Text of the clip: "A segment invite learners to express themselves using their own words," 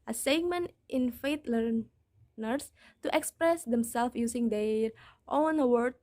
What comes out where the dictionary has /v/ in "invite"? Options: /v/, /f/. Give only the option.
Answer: /f/